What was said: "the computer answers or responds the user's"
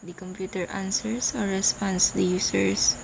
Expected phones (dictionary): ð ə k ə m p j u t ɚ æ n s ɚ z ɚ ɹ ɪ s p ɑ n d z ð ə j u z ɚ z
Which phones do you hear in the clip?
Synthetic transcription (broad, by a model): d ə k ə m p j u t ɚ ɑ n s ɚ s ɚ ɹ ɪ s p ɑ n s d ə j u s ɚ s